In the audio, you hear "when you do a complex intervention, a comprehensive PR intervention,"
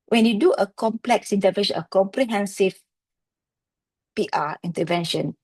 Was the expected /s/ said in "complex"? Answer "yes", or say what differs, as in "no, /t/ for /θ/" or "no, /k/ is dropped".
yes